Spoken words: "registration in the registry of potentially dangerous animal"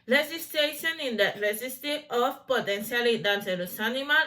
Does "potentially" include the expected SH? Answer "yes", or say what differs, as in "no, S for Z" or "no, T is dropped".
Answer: no, S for SH